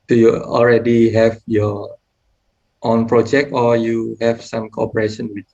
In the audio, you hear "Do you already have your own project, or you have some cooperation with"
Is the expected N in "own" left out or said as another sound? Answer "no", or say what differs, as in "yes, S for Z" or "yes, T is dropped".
no